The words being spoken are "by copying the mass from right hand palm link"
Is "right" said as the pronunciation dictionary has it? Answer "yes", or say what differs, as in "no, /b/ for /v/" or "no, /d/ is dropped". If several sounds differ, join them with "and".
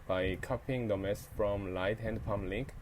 no, /l/ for /ɹ/